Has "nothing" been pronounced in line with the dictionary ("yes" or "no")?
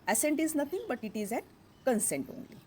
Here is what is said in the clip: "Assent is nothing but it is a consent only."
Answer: no